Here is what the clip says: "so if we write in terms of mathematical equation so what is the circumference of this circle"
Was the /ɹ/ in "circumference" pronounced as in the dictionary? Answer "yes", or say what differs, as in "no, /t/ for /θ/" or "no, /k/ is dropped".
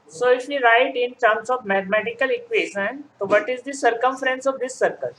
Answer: yes